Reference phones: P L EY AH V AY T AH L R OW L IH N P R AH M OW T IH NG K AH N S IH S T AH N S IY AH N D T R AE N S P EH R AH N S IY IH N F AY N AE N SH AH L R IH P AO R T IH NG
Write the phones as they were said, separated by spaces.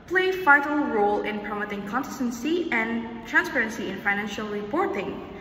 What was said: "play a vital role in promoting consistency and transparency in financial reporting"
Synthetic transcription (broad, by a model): P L EY AH F AY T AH L R OW L IH N P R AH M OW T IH NG K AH N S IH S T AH N S IY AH N T R AE N S P EH R AH N S IY IH N F AY N AE N SH AH L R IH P AO R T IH NG